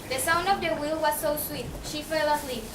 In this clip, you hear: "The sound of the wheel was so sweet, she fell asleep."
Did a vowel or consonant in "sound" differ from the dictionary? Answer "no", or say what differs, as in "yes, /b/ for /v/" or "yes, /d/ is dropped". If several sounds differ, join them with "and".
no